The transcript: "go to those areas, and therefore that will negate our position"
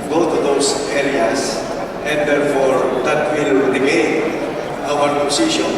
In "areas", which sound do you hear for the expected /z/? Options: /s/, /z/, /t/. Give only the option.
/s/